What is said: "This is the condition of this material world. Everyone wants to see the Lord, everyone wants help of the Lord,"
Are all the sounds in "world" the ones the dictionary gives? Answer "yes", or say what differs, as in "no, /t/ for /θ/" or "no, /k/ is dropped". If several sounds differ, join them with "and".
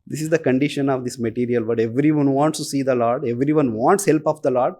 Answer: no, /l/ is dropped